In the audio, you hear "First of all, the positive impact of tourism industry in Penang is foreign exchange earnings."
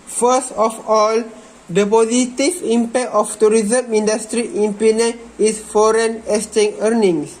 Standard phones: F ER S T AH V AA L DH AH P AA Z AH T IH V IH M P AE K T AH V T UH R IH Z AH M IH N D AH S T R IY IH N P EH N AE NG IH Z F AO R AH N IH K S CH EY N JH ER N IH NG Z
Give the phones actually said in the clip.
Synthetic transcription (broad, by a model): F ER S T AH F AA L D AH P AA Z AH T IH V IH M P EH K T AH F T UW R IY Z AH M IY N D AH S T R IY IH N P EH N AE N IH S F AO R AH N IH S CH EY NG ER N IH NG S